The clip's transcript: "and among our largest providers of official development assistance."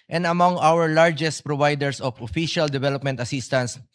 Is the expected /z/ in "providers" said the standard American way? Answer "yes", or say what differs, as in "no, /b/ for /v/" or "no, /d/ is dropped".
no, /s/ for /z/